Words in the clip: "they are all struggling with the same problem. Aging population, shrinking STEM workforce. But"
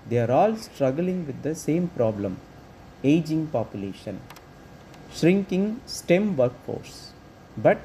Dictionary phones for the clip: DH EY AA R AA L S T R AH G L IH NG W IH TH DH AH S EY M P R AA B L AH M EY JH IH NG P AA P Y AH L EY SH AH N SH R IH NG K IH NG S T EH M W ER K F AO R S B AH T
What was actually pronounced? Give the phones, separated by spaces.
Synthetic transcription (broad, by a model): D EY AA R AA L S T R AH G L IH NG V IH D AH S EY M P R AA B L AH M EY JH IH NG P AA P Y AH L EY SH AH N SH R IH NG K IH NG S T EH M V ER K F AO R S B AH T